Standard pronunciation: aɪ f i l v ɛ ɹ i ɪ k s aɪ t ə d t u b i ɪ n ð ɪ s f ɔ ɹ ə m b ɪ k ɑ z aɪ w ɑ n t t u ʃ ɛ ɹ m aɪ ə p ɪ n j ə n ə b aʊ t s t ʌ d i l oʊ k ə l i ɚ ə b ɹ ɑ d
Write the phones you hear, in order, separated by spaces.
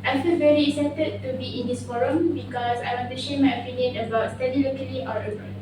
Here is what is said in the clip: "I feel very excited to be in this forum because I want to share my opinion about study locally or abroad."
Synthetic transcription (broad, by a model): aɪ f i l v ɛ ɹ i ɪ k s aɪ t ə d t u b i ɪ n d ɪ s f ɔ ɹ ə m b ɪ k ɑ s aɪ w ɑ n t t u ʃ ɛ m aɪ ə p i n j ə n ə b aʊ t s t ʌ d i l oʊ k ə l i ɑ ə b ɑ